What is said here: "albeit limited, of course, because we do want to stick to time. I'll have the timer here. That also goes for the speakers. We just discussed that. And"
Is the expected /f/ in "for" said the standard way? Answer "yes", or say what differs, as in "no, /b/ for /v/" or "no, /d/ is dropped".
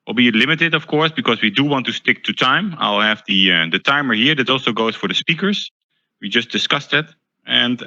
yes